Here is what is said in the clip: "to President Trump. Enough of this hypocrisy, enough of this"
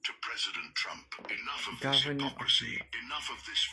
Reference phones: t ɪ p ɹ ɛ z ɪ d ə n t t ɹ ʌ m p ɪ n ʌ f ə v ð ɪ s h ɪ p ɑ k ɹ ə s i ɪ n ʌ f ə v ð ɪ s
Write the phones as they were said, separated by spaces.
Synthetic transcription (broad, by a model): t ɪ p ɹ ɛ z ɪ d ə n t t ɹ ʌ m p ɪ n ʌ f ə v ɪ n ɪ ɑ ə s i ɪ n ʌ f ə v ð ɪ s